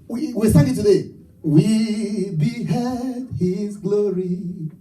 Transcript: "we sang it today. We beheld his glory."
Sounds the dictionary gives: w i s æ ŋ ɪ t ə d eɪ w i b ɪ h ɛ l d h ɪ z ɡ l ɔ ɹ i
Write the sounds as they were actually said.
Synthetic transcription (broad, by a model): w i s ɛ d ɪ t ə d eɪ w i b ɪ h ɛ d h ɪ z ɡ l ɔ ɹ i